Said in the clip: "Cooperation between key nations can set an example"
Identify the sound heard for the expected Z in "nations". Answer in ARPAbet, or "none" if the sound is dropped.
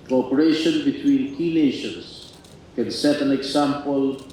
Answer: S